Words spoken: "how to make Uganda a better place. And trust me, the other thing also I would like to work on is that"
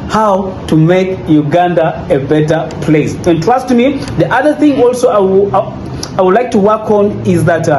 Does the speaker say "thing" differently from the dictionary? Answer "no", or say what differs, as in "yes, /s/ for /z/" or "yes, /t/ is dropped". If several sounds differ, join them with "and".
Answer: no